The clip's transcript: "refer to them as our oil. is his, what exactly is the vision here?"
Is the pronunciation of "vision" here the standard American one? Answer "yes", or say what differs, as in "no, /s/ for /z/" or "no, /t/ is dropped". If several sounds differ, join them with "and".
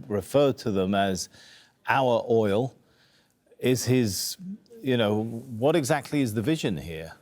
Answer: yes